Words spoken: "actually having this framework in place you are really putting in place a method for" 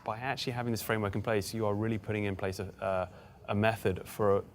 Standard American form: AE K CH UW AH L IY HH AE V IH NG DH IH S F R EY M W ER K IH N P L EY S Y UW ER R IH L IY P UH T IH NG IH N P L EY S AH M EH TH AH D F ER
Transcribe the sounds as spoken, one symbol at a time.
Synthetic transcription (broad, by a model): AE K CH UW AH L IY HH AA V IH NG DH IH S F R EY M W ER K IH N P L EY S Y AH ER R IH L IY P UH T IH NG IH N P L EY S AH M EH TH AH D F ER